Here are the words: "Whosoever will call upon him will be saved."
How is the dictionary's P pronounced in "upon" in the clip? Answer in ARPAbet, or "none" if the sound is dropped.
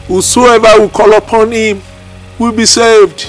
P